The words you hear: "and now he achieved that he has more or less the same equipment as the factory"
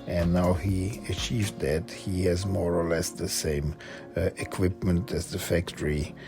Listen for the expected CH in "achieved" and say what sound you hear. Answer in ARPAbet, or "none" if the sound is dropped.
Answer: CH